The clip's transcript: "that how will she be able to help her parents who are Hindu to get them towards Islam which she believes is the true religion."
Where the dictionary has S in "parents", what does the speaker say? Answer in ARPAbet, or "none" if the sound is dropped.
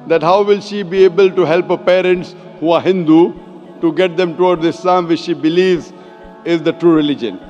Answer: S